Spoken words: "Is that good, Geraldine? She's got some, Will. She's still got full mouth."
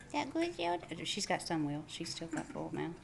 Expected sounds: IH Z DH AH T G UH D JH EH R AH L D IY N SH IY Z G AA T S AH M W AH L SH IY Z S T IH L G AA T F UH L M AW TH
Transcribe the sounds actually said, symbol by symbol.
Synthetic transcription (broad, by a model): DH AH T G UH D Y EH AH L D SH IY Z G AA T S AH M W AH L SH IY Z S T IH L G AA T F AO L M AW